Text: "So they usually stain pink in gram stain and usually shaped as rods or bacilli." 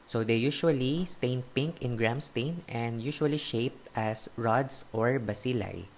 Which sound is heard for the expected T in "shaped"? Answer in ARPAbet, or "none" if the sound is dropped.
T